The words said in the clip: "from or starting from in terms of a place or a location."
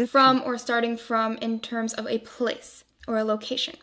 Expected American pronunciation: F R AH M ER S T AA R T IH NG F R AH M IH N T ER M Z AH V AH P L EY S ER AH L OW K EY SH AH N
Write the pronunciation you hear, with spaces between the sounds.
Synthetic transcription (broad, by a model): F R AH M ER S T AA R T IH NG F R AH M IH N T ER M Z AH V AH P L EY S ER AH L OW K EY SH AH N